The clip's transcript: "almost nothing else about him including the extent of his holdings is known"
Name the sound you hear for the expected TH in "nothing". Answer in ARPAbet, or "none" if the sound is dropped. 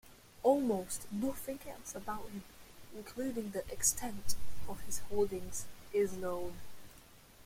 F